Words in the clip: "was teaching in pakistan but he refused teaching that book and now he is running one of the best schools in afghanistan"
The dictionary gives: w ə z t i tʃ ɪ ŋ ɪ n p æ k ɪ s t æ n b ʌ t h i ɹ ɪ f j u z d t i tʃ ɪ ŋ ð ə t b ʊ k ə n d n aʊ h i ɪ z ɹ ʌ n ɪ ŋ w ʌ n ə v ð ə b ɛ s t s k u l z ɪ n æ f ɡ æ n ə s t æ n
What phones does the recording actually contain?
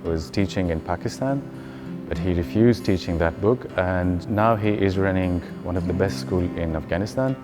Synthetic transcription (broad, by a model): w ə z t i tʃ ɪ ŋ ɪ n p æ k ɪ s t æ n b ʌ t h i ɹ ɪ f j u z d t i tʃ ɪ ŋ ð ə t b ʊ k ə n n aʊ h i ɪ z ɹ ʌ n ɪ ŋ w ʌ n ə v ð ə b ɛ s t s k u l ɪ n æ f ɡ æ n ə s t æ n